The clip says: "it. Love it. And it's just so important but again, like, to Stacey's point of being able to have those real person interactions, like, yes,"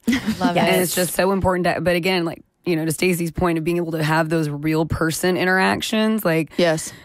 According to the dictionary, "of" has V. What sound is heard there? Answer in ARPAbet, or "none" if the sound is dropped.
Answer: V